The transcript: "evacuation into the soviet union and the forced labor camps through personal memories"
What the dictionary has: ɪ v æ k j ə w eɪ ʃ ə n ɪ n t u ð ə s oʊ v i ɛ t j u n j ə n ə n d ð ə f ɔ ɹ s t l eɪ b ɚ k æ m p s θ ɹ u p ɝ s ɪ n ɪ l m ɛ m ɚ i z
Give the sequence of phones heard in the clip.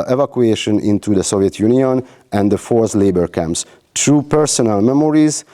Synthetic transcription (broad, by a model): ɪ v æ k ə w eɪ ʃ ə n ɪ n t u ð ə s oʊ v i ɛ t j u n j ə n ə n d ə f ɔ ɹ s l eɪ b ɚ k æ m p s t ɹ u p ɝ s ɪ n ɪ l m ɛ m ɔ i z